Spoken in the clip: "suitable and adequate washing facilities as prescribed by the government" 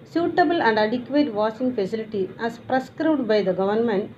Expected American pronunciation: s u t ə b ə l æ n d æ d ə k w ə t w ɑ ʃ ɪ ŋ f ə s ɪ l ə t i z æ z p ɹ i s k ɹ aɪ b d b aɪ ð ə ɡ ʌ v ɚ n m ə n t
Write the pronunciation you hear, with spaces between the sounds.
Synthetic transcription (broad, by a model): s u t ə b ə l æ n d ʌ d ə k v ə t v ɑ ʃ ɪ ŋ f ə s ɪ l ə t i æ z p ɹ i s k ɹ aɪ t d b aɪ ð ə ɡ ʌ v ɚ n m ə n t